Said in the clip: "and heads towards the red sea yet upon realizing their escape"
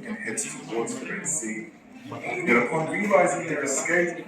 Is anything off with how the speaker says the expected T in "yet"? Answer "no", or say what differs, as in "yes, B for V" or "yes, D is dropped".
yes, T is dropped